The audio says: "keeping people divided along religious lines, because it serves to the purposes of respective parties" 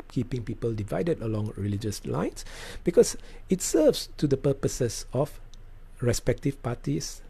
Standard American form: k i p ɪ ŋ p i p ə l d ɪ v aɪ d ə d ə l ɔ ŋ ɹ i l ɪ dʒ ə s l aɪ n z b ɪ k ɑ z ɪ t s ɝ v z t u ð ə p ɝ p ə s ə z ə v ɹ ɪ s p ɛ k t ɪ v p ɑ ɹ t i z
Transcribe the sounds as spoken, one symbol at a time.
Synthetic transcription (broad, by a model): k i p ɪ ŋ p i p ə l d ɪ v aɪ d ə d ə l ɔ ŋ ɹ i l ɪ dʒ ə s l aɪ n s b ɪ k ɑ s ɪ t s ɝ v s t u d ə p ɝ p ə s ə s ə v ɹ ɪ s p ɛ k t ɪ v p ɑ t i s